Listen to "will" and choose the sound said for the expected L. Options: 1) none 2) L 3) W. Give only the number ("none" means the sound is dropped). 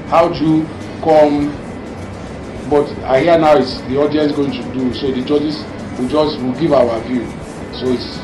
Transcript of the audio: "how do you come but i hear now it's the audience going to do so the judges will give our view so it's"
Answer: 3